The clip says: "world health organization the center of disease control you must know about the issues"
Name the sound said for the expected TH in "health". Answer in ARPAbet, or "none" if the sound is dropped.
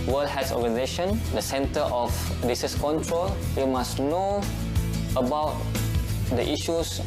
S